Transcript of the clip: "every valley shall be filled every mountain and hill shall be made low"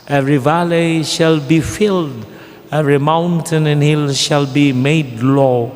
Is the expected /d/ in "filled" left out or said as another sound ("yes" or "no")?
no